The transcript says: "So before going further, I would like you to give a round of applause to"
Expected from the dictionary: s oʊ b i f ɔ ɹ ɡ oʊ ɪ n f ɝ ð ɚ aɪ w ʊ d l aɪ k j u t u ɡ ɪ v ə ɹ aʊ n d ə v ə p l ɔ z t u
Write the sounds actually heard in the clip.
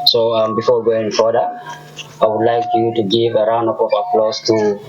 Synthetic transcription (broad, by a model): s oʊ b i f ɔ w ɡ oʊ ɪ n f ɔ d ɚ aɪ w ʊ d l aɪ k j u t u ɡ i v ə ɹ aʊ n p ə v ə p l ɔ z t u